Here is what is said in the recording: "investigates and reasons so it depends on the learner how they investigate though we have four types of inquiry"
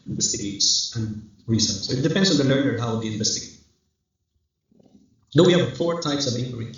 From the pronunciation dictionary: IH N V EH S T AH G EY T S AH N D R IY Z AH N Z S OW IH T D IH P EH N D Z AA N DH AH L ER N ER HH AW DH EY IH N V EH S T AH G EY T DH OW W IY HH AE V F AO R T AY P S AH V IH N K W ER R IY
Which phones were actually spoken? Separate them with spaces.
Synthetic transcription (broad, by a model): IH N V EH S T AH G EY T S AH N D R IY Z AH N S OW IH T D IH P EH N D S AA N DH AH L ER N ER HH AW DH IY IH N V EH S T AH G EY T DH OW W IY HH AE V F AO R T AY P S AH V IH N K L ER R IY